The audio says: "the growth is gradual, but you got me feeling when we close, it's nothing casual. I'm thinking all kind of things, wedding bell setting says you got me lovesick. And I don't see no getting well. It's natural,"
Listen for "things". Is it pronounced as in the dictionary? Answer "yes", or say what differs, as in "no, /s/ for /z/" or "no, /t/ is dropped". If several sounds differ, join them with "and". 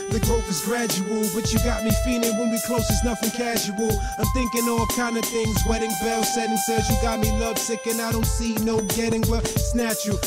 yes